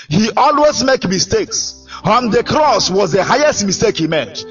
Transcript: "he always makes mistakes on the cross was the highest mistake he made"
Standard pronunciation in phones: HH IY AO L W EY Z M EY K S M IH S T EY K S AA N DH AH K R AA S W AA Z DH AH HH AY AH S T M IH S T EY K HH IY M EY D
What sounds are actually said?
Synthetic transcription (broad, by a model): HH IY AO L W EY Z M EY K M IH S T EY K S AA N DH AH K R AA S W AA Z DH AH HH AY AH S T M IH S T EY K HH IY M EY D